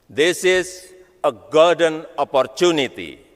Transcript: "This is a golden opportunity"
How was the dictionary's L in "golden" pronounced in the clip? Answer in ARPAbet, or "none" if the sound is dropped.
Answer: none